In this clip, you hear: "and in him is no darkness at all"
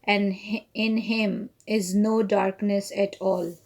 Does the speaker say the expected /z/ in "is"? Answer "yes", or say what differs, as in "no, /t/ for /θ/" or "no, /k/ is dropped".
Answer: yes